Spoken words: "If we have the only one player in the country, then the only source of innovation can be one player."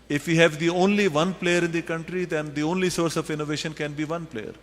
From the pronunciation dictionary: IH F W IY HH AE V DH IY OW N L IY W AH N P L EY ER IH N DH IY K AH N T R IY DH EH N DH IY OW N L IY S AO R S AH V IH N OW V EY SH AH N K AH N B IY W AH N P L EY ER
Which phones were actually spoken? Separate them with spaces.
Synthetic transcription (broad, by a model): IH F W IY HH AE V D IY OW N L IY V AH N P L EY ER IH N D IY K AH N T R IY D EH N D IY OW N L IY S AO R S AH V IH N OW V EY SH AH N K AH N B IY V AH N P L EY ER